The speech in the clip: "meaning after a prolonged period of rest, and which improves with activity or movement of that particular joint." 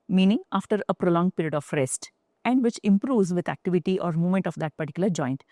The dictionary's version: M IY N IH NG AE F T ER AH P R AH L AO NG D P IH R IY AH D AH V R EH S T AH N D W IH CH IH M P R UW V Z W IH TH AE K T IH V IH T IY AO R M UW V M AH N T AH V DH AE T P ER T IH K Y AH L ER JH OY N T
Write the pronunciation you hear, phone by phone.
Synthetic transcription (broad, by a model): M IY N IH NG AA F T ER AH P R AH L AO NG P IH R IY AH D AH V R EH S T AH N D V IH CH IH M P R UW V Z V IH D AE K T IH V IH T IY AO R M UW M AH N T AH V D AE T P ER T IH K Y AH L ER JH OY N T